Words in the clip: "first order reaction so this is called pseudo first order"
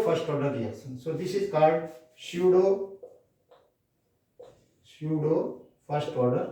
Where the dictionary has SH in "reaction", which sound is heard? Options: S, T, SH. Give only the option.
S